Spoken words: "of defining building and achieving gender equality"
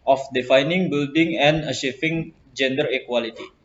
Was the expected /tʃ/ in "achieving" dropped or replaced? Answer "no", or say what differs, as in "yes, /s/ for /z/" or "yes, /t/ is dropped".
yes, /ʃ/ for /tʃ/